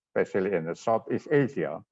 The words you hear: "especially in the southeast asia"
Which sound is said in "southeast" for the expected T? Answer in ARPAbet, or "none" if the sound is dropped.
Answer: none